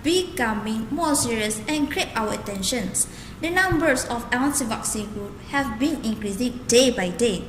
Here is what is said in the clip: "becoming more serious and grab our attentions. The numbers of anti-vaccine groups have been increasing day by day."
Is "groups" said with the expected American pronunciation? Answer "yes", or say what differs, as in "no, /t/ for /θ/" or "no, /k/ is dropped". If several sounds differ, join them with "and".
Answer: no, /s/ is dropped